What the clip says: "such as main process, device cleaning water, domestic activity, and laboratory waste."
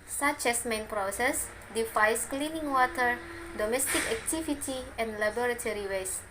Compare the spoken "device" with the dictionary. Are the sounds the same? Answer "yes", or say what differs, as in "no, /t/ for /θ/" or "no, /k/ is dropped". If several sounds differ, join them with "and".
no, /f/ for /v/